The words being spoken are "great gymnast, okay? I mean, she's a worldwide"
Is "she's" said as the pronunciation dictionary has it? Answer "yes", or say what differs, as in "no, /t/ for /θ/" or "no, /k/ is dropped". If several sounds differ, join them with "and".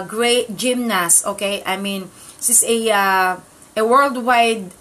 no, /s/ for /ʃ/ and /s/ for /z/